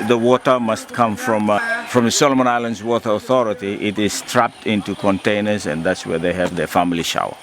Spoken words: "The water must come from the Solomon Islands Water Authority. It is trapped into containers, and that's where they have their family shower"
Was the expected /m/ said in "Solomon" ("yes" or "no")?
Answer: yes